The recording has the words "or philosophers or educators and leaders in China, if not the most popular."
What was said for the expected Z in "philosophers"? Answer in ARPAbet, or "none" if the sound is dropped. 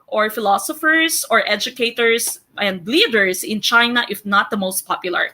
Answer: S